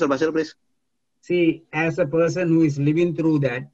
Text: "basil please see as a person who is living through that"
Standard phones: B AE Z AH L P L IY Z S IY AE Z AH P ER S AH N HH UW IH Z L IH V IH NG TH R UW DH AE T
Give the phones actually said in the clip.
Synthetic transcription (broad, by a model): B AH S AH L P L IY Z S IY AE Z AH P ER S AH N HH UW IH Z L IH V IH NG T R UW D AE T